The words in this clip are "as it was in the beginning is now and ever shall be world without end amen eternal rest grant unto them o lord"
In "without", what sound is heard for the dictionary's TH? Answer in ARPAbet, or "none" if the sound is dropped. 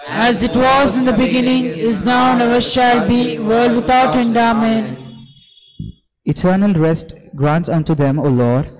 T